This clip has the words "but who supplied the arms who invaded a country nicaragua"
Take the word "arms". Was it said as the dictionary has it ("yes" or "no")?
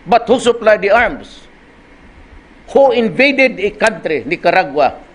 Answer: no